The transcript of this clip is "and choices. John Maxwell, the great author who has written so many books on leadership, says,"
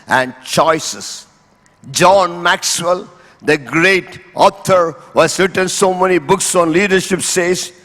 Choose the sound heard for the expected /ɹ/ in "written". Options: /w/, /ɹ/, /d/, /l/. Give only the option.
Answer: /ɹ/